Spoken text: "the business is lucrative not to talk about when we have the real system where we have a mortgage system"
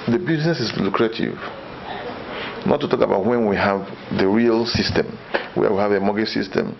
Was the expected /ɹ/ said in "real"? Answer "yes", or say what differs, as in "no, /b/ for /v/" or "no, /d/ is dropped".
yes